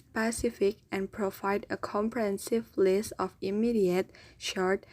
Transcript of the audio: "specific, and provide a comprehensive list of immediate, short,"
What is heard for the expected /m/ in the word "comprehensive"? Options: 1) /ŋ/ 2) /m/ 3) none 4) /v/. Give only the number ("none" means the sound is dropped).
2